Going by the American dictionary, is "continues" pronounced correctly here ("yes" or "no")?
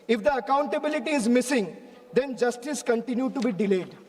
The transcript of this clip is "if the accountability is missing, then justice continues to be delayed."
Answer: no